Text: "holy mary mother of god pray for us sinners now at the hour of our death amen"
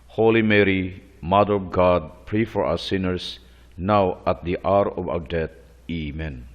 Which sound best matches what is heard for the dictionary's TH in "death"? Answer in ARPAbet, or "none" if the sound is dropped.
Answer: T